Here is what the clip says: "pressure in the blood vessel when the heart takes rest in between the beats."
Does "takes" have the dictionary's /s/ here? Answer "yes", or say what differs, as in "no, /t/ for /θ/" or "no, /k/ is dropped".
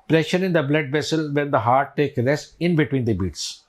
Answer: no, /s/ is dropped